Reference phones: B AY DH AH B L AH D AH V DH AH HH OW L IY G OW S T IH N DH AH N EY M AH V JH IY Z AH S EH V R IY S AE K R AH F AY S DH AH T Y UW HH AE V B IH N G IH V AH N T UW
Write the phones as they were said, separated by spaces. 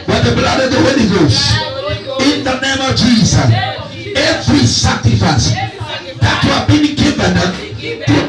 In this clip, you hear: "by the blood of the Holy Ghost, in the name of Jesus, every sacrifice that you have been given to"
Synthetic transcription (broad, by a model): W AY DH AH B L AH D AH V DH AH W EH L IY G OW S IH N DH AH N EY M AH V JH IY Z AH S EH V R IY S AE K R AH F AY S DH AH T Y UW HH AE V B IH N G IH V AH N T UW